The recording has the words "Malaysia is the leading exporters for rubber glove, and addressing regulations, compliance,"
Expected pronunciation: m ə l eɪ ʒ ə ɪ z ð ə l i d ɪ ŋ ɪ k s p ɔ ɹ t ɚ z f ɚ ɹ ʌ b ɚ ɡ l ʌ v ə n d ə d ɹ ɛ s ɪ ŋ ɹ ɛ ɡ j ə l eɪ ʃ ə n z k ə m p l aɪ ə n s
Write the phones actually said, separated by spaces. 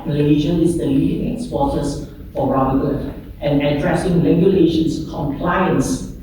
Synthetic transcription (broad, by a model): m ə l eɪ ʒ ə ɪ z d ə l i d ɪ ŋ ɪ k s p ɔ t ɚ s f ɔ ɹ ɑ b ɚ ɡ ʌ ə n ə d ɹ ɛ s ɪ ŋ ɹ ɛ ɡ j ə l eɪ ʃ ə n s k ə m p l aɪ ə n s